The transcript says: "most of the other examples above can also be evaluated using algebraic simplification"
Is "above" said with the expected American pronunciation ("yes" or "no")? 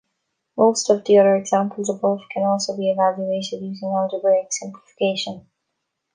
no